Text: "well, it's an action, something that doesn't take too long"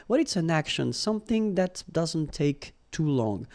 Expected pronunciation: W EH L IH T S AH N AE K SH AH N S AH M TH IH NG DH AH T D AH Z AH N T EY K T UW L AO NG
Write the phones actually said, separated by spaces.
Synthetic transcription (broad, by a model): W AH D IH T S AH N AE K SH AH N S AH M TH IH NG DH AH T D AH Z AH N T EY K T UW L AO NG